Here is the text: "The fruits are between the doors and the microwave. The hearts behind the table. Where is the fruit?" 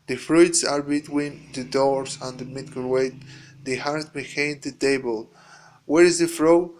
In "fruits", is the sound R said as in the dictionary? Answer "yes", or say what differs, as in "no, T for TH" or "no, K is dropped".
yes